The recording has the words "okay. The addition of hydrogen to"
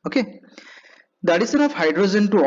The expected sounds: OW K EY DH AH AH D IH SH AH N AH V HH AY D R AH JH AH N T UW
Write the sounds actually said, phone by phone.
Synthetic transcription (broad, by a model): OW K EY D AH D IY S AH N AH P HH AY D R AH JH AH N T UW